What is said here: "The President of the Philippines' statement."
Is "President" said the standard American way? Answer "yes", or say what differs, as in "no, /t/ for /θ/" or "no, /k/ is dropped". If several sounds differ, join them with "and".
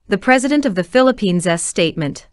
yes